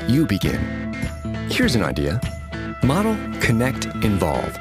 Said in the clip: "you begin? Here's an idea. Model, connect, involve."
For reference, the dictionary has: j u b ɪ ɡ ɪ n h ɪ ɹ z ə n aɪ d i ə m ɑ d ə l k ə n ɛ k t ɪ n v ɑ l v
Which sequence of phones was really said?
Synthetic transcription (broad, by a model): j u b ɪ ɡ ɪ n h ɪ ɹ z ə n aɪ d i ə m ɑ d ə l k ə n ɛ k t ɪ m v ɑ l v